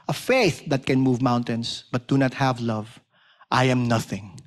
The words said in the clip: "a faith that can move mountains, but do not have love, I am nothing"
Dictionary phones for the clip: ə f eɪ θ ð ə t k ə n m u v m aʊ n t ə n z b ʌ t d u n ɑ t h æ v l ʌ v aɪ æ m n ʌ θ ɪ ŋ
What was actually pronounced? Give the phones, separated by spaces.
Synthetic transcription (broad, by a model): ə f eɪ θ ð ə t k ə n m u v m aʊ n t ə n s b ʌ t d u n ɑ t h æ v l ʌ v aɪ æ m n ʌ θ ɪ ŋ